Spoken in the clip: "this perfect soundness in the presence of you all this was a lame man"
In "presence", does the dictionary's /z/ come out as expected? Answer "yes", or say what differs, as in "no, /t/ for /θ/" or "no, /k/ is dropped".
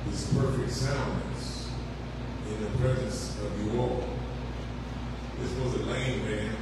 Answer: yes